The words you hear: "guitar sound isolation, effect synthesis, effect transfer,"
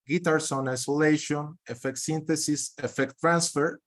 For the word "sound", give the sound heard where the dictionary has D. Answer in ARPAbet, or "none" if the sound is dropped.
none